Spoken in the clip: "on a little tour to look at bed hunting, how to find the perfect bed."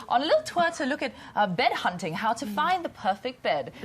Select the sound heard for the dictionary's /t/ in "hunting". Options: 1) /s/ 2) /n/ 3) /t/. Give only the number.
3